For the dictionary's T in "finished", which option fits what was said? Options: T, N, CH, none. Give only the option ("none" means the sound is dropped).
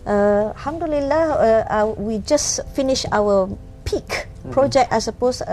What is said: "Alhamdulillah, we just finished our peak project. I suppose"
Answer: none